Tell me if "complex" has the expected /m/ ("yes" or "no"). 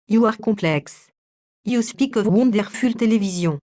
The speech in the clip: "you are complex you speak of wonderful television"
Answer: no